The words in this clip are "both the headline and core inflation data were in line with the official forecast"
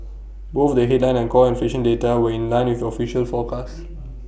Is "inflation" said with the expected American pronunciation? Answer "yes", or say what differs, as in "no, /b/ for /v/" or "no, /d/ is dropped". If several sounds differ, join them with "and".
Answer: no, /l/ is dropped